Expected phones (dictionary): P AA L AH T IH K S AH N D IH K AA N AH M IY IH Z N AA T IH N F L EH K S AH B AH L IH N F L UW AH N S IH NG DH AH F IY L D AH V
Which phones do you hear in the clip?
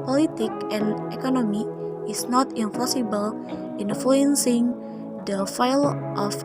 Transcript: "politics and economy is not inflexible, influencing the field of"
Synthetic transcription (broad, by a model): P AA L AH T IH K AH N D IH K AA N AH M IY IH S N AA T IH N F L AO S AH B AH L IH N F L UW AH N S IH NG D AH F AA L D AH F